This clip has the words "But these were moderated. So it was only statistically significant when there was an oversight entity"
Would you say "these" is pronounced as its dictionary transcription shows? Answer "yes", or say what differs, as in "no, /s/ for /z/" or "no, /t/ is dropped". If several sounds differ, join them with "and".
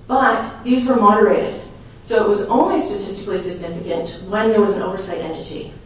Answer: yes